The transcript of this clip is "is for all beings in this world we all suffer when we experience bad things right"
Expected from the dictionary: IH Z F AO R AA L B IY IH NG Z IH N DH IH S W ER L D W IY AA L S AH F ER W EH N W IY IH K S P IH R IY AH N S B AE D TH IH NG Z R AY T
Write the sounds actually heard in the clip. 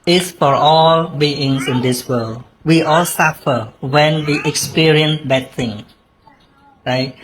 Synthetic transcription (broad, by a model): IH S F AO R AA L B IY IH NG S IH N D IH S W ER L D W IY AA L S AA F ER W EH N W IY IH K S P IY R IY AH N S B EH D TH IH NG R AY T